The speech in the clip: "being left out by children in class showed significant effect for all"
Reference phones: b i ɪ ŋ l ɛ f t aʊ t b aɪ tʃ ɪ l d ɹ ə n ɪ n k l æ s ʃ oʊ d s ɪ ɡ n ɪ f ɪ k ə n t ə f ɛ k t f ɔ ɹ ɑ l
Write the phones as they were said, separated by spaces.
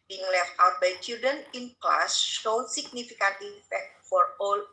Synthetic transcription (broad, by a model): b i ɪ ŋ l ɛ f t aʊ t b aɪ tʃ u d ə n ɪ n k l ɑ s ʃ oʊ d s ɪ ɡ n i f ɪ k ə n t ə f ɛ k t f ɔ ɹ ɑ l